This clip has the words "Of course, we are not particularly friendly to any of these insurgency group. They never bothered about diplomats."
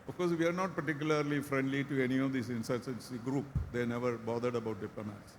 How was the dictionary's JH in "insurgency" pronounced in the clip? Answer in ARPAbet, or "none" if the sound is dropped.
none